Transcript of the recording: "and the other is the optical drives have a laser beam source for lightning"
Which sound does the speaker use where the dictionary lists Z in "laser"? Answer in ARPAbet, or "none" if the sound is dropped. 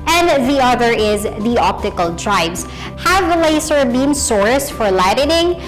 S